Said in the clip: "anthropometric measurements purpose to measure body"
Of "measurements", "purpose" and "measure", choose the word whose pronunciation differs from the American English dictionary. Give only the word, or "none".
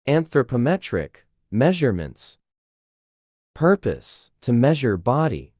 none